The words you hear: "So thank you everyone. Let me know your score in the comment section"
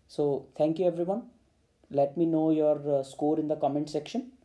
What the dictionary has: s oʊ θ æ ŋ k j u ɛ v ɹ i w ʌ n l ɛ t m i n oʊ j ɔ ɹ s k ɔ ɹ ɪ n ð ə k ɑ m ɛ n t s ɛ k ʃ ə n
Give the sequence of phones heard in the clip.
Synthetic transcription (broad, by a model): s oʊ t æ ŋ k j u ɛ v ɹ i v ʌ n l ɛ t m i n oʊ j ɔ ɹ s k ɔ ɹ ɪ n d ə k ɑ m ɛ n t s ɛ k ʃ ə n